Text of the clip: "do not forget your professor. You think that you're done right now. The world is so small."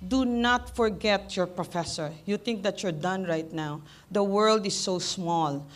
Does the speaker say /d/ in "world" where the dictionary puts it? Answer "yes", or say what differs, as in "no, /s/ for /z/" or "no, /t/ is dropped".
yes